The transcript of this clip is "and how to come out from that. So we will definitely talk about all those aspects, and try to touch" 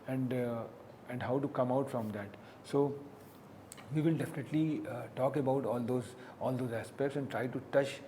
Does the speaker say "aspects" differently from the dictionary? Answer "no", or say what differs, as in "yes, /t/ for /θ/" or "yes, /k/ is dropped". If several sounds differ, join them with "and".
no